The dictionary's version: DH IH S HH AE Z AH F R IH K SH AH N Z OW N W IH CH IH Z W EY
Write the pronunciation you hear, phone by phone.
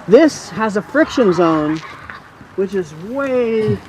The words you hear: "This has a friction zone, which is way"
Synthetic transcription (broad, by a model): DH IH S HH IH Z AH F R IH K SH AH N Z OW N W IH CH IH Z W EY